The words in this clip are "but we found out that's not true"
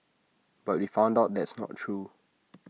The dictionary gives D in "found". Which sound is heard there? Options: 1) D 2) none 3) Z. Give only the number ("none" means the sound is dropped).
1